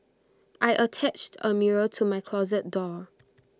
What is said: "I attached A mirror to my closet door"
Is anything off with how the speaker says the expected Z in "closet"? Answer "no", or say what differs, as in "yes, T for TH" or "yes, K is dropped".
no